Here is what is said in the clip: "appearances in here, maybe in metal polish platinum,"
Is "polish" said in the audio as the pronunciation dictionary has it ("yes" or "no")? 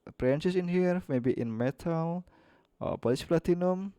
no